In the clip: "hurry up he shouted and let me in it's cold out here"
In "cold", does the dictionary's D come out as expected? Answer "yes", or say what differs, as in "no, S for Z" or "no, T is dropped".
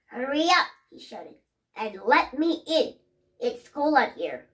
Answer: no, D is dropped